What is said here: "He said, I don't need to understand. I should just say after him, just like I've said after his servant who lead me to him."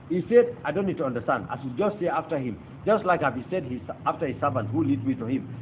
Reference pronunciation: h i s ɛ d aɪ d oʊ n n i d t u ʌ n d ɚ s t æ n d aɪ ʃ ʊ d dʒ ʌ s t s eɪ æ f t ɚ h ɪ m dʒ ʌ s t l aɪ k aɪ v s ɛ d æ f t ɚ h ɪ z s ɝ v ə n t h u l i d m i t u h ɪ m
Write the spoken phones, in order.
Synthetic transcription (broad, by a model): h i s ɛ d aɪ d oʊ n n i d t u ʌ n d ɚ s t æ n d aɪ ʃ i dʒ ʌ s t s eɪ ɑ f t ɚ h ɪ m dʒ ʌ s t l aɪ k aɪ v s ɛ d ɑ f t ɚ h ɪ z s ɝ v ə n t h u l i d m i t u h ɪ m